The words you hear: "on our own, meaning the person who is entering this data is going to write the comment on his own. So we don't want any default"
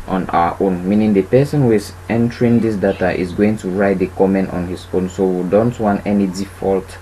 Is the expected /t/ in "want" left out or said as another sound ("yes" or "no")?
no